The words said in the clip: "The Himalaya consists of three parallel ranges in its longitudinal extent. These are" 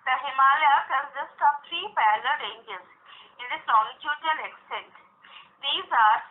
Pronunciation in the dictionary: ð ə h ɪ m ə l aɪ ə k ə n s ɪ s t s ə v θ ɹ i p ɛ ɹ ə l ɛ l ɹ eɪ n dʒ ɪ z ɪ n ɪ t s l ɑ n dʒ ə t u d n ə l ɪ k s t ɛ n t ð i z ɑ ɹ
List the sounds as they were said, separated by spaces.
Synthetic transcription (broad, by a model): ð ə h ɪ m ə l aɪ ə k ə n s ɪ s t ə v t ɹ i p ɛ l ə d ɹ eɪ n dʒ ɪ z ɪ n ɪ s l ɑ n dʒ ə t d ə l ɪ k s t ɛ n t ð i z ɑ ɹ